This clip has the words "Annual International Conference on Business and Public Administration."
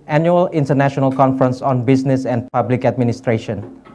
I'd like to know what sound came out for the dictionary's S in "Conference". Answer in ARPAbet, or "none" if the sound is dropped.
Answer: S